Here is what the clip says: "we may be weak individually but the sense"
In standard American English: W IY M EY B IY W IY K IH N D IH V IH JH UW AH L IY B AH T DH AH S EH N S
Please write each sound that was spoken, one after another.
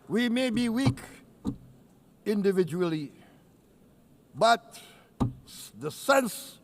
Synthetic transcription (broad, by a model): W IY M EY B IY W IY K IH N D IH V IH JH UW AH L IY B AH T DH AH S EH N S